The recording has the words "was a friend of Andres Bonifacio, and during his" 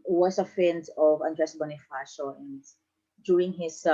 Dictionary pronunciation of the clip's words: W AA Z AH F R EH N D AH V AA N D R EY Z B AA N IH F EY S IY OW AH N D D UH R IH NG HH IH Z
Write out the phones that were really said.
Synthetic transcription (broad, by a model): W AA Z AH F EH N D AH V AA N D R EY S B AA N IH F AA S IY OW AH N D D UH R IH NG HH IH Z